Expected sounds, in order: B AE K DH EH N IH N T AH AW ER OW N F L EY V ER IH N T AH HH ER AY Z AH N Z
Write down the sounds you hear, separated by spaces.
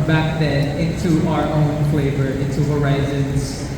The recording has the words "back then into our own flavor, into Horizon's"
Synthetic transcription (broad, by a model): B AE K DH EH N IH T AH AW ER OW N F L EY V ER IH T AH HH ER AY Z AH N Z